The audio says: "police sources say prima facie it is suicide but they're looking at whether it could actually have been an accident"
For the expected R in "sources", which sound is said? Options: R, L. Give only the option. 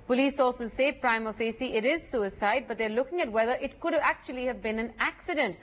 L